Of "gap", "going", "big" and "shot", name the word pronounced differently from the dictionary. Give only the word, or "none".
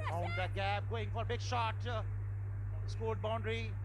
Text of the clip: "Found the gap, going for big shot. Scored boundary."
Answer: gap